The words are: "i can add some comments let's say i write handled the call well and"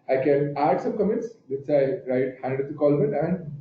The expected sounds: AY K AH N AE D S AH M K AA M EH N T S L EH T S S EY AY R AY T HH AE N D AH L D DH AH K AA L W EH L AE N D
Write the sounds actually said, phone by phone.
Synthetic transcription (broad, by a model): AY K AH N AE D S AH M K AA M EH N T S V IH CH AY R AY T HH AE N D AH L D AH K AA L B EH N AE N D